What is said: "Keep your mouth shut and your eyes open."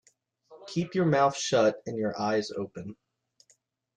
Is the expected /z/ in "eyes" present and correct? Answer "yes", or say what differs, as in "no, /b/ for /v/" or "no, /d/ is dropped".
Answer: yes